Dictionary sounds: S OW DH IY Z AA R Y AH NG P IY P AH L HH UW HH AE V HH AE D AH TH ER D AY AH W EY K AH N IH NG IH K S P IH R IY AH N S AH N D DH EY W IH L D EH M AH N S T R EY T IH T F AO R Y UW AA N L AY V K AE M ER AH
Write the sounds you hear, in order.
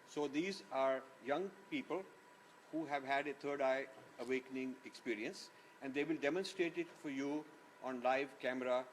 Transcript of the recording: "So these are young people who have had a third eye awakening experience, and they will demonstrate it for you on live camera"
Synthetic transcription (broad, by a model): S OW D IY Z AA R Y AH NG P IY P AH L HH UW HH AE V HH AE D AH T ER D AY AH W EY K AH N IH NG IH K S P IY R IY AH N S AH N D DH EY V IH L D EH M AH N S T R EY T IH T F AO R Y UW AA N L AY V K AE M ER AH